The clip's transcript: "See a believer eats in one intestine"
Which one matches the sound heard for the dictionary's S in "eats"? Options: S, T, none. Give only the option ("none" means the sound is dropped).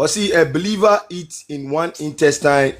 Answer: none